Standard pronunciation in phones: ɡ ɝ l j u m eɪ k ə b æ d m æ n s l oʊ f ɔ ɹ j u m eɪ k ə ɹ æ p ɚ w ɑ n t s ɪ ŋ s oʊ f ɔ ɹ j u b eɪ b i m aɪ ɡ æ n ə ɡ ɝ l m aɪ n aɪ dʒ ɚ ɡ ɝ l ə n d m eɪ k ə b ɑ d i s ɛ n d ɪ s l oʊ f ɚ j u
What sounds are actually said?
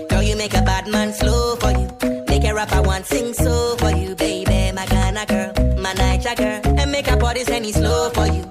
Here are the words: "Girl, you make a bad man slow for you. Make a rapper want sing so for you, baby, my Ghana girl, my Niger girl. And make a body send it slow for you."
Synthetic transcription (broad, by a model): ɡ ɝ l j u m eɪ k ə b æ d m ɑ n s l oʊ f ɔ ɹ j u m eɪ k ə ɹ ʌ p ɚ w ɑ n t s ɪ ŋ s oʊ f ɔ ɹ j u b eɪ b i m aɪ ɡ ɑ n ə ɡ ɝ l m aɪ n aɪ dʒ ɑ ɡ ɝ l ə n m eɪ k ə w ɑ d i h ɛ n ɪ s l oʊ f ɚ j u